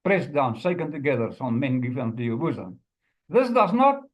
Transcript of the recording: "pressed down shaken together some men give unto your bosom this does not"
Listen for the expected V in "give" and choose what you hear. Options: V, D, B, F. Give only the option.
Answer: F